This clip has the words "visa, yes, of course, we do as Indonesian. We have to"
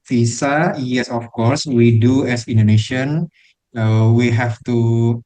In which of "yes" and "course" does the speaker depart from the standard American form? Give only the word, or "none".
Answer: none